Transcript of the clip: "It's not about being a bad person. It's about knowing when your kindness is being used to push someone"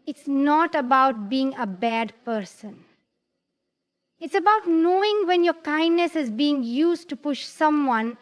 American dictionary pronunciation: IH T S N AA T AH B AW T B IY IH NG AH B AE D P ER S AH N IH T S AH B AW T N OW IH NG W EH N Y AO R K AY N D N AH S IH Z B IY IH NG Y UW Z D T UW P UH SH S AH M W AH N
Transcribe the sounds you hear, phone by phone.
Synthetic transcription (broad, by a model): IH T S N AA T AH B AW T B IY IH NG AH B AE D P ER S AH N IH T S AH B AW T N OW IH NG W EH N Y AO R K AY N D N AH S IH Z B IY IH NG Y UW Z T UW P UH SH S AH M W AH N